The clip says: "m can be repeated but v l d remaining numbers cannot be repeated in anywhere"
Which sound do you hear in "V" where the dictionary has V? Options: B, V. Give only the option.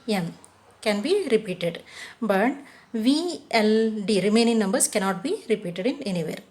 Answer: V